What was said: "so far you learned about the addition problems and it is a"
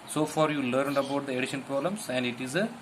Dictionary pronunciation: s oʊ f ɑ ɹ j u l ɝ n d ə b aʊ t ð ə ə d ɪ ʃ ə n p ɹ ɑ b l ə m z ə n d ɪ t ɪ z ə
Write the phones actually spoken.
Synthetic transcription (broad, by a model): s oʊ f ɑ ɹ j u l ɝ n d ə b aʊ t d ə ə d ɪ ʃ ə n p ɹ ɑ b l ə m s ə n d ɪ t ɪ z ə